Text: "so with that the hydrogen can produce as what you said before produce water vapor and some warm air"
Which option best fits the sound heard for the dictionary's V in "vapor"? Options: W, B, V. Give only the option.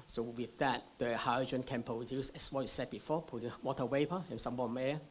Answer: W